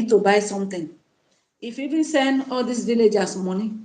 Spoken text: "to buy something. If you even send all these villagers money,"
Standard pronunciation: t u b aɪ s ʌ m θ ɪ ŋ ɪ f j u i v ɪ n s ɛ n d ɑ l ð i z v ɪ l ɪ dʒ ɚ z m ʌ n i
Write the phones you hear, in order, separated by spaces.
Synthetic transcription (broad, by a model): t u b aɪ s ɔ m t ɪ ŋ ɪ f i v ɪ n s ɛ n d ɑ l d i s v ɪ l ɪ dʒ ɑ s m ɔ n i